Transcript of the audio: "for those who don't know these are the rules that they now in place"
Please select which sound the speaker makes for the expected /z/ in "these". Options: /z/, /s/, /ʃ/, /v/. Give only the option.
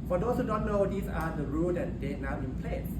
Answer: /s/